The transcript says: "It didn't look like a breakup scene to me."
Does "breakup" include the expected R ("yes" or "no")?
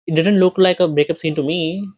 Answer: yes